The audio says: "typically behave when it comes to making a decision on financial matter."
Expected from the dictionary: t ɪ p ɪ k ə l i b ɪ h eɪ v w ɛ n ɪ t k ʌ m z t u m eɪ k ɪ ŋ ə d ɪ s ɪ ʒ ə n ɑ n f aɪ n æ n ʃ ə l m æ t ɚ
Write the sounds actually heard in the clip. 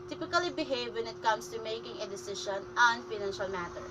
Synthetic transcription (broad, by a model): t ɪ p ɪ k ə l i b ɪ h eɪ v w ɛ n ɪ t k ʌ m s t u m eɪ k ɪ ŋ ə d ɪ s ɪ ʃ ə n ɑ n f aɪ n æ n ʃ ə l m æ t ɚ